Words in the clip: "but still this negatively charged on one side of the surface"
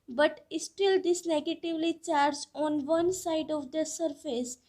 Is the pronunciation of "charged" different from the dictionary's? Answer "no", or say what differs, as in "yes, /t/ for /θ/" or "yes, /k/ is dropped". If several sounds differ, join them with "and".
yes, /d/ is dropped